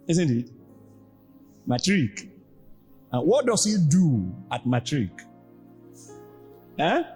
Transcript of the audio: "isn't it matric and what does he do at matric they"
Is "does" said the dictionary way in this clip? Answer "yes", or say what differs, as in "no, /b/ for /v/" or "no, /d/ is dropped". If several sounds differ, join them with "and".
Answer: no, /s/ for /z/